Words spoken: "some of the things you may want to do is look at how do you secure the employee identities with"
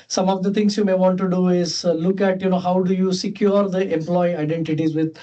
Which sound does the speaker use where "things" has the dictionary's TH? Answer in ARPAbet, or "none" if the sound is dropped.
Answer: T